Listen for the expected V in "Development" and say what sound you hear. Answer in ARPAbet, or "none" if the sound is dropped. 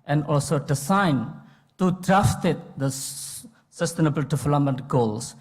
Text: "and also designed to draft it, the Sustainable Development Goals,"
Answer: F